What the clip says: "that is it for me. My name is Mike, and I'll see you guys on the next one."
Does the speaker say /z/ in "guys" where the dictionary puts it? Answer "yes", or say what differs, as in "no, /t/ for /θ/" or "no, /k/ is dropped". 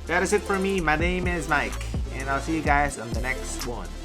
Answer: yes